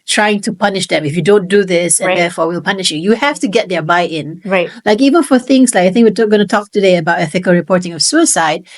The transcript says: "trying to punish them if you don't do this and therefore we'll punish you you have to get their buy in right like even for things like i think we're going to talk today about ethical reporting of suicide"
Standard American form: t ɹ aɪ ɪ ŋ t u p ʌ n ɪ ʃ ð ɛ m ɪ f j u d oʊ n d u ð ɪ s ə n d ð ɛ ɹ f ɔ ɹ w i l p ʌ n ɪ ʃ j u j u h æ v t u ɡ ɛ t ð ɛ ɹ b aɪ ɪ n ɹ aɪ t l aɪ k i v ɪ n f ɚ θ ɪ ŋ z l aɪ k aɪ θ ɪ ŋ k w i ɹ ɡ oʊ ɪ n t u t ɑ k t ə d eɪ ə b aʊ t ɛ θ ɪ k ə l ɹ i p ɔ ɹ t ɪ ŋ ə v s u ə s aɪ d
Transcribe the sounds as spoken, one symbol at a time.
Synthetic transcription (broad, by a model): t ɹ aɪ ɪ ŋ t u p ʌ n ɪ ʃ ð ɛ m ɪ f j u d oʊ n d u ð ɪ s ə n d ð ɛ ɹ f ɔ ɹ w i l p ʌ n ɪ ʃ j u j u h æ f t u ɡ ɛ t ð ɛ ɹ b aɪ ɪ n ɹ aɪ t l aɪ k i v ɪ n f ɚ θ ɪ ŋ s l aɪ k aɪ θ ɪ ŋ k w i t ɡ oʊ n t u t ɑ k t ə d eɪ ə b aʊ t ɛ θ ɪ k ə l ɹ i p ɔ ɹ t ɪ ŋ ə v s u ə s aɪ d